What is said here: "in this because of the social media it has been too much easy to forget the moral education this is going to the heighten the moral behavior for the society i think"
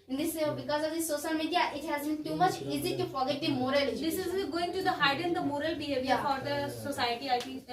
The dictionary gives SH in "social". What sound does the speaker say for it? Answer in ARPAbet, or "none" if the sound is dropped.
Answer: S